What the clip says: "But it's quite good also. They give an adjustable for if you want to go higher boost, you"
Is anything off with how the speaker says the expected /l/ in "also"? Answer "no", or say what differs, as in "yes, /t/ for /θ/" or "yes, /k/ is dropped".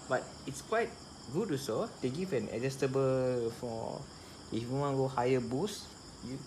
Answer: yes, /l/ is dropped